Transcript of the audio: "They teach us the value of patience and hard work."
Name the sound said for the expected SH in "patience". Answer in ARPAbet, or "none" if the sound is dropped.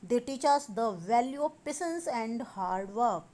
S